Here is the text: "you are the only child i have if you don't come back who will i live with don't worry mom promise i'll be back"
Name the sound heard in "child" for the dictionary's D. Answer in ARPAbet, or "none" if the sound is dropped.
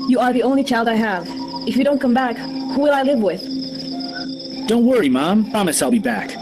D